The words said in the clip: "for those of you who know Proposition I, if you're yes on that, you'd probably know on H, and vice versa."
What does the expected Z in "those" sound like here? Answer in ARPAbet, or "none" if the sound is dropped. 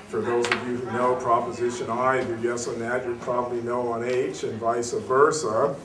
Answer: Z